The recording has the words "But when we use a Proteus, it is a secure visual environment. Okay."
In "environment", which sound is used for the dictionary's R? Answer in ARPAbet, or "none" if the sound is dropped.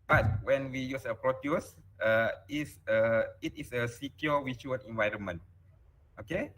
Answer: R